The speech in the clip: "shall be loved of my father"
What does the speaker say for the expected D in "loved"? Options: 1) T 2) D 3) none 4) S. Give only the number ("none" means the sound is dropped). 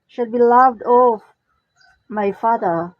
2